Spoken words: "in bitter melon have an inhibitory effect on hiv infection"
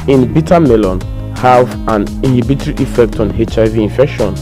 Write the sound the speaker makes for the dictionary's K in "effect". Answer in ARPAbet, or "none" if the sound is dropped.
K